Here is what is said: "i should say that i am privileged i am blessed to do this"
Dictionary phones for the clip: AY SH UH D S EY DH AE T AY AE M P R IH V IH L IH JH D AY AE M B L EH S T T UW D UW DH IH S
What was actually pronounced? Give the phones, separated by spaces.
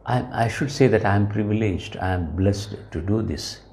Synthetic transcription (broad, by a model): AY SH UH D S EY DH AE T AY M P R IH V IH L IH JH D AY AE M B L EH S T T UW D UW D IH S